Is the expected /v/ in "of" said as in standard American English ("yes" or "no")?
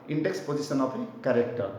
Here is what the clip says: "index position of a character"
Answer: no